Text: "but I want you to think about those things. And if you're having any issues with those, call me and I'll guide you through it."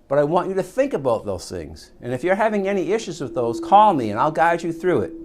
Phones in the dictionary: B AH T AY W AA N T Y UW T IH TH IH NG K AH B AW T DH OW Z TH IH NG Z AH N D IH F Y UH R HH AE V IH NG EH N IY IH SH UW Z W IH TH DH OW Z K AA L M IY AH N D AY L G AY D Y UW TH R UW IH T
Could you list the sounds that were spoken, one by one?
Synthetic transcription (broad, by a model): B AH T AY W AA N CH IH T IH TH IH NG K AH B AW T DH OW Z TH IH NG Z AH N IH F Y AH R HH AE V IH NG EH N IY IH SH UW Z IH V DH OW Z K AA L M IY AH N AY L G AY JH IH TH R UW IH T